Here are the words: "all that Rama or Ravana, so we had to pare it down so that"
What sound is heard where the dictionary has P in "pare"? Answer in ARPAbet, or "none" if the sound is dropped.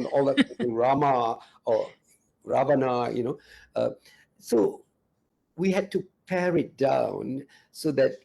P